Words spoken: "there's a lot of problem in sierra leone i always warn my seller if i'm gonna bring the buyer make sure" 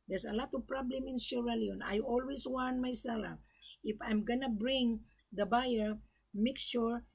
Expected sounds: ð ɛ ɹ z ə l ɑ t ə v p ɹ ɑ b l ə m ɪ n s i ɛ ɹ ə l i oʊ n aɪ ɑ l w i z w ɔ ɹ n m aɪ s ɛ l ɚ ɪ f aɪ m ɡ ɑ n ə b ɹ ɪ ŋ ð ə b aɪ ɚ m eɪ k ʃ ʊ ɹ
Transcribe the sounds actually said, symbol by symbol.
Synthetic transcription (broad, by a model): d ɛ ɹ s ə l ɑ t ə v p ɹ ɑ b l ə m ɪ n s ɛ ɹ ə l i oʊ n aɪ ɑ l w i s w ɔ n m aɪ s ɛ l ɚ ɪ f aɪ m ɡ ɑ n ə b ɹ ɪ ŋ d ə b aɪ ɚ m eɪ k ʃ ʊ ɹ